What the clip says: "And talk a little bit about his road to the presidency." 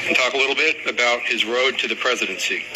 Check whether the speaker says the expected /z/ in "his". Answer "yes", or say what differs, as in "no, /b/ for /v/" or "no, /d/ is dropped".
yes